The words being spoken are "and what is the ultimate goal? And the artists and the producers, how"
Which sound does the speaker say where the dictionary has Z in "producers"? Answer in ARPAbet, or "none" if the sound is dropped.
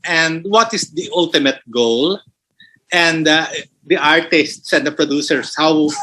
S